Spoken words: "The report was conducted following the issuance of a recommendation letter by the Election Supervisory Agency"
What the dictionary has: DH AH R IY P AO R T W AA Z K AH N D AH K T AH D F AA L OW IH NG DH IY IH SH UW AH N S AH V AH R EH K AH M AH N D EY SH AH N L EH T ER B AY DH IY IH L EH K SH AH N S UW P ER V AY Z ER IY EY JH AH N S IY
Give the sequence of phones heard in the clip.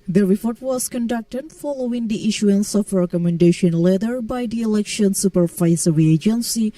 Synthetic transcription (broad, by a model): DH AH R IY P AO R T W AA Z K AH N D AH K T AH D F AA L OW IH NG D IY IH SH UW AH N S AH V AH R EH K AH M AH N D EY SH AH N L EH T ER B AY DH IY IH L EH K SH AH N S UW P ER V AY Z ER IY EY JH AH N S IY